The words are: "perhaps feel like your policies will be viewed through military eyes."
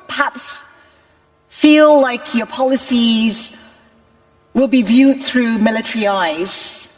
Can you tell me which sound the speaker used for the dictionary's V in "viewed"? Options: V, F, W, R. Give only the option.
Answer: V